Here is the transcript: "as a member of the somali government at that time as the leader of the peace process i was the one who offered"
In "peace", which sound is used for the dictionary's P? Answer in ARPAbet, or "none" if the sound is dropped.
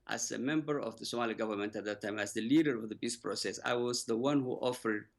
B